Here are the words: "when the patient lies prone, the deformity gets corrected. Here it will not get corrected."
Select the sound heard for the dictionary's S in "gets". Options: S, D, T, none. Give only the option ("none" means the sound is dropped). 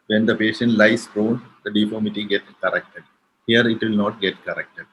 none